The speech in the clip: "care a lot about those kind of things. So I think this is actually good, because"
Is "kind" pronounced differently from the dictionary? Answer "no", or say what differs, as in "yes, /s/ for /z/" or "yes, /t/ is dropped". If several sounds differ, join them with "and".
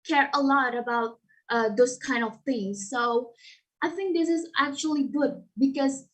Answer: no